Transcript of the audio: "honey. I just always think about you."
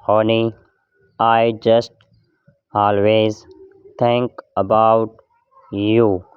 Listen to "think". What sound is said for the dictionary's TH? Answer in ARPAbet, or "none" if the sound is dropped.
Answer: T